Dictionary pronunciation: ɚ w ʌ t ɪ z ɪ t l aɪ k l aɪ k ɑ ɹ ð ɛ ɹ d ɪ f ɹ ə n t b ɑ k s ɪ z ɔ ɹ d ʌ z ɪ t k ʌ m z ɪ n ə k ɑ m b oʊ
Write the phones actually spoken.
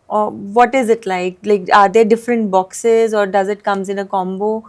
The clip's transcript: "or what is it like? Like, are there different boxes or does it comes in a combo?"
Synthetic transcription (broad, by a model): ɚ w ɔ t ɪ z ɪ t l aɪ k l aɪ k ɑ ɹ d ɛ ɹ d ɪ f ɹ ə n t b ɑ k s ɪ z ɔ ɹ d ʌ z ɪ t k ʌ m z ɪ n ə k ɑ m b oʊ